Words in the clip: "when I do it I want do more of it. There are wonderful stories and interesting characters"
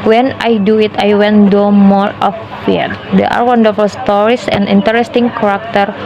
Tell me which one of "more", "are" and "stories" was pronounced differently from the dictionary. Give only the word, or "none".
stories